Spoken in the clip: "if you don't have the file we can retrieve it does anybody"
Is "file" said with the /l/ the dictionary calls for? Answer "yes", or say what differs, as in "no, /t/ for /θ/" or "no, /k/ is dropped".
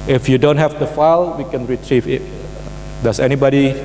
yes